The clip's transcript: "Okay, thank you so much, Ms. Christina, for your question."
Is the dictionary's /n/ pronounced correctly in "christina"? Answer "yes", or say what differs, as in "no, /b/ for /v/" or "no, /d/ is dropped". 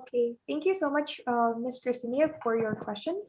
no, /n/ is dropped